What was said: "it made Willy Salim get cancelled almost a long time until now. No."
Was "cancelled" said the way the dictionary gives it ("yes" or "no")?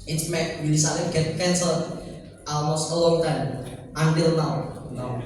no